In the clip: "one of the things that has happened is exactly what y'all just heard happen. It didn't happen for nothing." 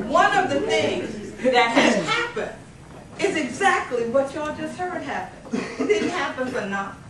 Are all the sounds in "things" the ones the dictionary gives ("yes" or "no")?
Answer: yes